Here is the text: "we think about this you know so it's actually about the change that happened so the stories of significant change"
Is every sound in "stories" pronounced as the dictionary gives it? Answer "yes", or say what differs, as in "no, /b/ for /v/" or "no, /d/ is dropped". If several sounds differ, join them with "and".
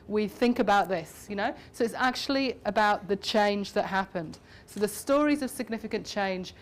yes